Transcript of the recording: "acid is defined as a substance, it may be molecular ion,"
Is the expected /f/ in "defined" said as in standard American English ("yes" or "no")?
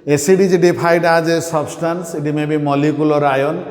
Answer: no